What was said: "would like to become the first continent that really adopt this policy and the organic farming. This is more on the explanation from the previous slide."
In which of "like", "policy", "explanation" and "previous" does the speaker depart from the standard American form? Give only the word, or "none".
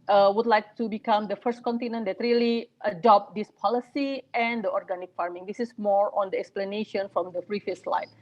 previous